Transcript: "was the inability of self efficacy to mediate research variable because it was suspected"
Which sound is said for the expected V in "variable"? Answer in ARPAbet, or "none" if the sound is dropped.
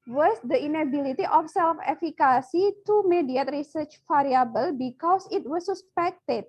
F